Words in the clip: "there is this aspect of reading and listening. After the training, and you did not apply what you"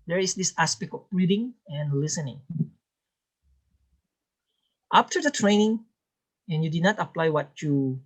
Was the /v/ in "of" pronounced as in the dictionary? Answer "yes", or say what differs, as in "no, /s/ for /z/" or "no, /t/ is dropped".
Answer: no, /b/ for /v/